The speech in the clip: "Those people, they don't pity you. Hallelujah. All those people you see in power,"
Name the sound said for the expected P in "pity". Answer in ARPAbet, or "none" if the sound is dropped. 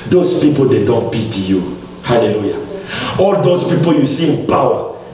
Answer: B